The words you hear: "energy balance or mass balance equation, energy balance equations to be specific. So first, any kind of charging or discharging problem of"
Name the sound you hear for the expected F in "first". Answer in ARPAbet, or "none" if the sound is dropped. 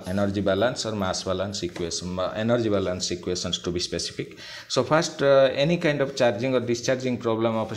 P